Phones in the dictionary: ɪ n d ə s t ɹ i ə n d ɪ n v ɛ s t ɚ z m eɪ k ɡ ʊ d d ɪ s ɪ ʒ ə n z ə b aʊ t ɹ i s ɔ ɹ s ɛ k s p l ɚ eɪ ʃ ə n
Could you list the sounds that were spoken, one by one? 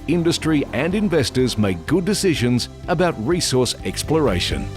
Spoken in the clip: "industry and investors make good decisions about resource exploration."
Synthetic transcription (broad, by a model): ɪ n d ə s t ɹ i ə n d ɪ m v ɛ s t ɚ z m eɪ k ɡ ʊ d d ɪ s ɪ ʒ ə n z ə b aʊ t ɹ i s ɔ ɹ s ɛ k s p l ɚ eɪ ʃ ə n